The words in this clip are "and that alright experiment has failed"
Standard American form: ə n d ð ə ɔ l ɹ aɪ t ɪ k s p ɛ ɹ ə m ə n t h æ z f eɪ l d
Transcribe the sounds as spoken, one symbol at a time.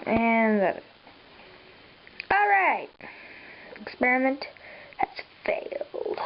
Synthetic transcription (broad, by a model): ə n ð ə ɔ l ɹ aɪ t ɪ k s p ɛ ɹ ə m ə n t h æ s f eɪ l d